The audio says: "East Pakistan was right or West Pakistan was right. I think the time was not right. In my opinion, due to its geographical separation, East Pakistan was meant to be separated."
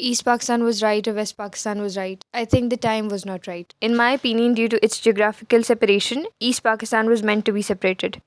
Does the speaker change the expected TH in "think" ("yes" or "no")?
yes